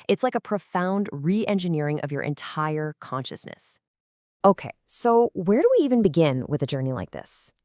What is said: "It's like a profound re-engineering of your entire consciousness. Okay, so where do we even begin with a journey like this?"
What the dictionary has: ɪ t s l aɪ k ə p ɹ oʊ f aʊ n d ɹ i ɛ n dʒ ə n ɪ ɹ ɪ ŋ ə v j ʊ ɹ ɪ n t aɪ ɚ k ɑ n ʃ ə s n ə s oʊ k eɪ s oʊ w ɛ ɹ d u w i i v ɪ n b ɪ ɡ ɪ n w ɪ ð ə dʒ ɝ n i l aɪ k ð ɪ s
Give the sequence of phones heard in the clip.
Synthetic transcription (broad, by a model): ɪ t s l aɪ k ə p ɹ oʊ f aʊ n d ɹ i ɛ n dʒ ə n ɪ ɹ ɪ ŋ ə v j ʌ ɹ ɪ n t aɪ ɚ k ɑ n ʃ ə s n ə s oʊ k eɪ s oʊ w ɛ ɹ d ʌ w i i v ɪ n b ɪ ɡ ɪ n w ɪ ð ə dʒ ɝ n i l aɪ k ð ɪ s